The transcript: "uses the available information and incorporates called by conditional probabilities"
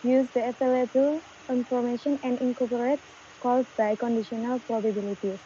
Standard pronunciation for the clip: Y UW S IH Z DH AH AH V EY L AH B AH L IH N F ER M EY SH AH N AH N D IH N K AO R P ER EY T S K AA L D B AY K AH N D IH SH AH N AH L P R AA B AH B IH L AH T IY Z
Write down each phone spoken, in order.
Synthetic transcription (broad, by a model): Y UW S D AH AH F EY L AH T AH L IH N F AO M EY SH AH N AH N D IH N K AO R P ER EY T K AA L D B AY K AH N D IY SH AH N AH L P R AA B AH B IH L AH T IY